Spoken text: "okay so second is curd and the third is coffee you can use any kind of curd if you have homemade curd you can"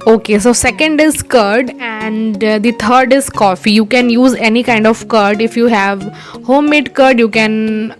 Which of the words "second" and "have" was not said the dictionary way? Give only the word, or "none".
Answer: none